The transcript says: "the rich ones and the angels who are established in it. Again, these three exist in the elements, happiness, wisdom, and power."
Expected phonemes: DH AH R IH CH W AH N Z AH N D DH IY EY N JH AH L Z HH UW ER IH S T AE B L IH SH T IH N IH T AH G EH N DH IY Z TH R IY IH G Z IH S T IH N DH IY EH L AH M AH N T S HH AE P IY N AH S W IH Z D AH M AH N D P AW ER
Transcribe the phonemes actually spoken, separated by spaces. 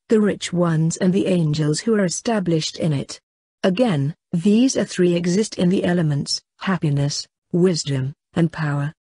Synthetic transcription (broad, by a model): DH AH R IH CH W AH N Z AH N DH IY EY N JH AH L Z HH UW ER IH S T AE B L IH SH T IH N IH T AH G EH N DH IY Z TH R IY IH G Z IH S T IH N DH IY EH L AH M AH N T S HH AE P IY N AH S W IH Z D AH M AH N P AW ER